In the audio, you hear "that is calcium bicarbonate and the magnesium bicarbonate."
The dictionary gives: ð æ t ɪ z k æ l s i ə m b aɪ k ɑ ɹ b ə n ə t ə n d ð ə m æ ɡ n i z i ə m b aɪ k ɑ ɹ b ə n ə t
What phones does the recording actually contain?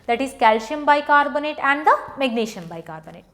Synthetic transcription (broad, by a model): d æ t ɪ z k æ l ʃ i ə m b aɪ k ɑ ɹ b ə n ə t ə n d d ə m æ ɡ n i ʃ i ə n b aɪ k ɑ ɹ b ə n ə t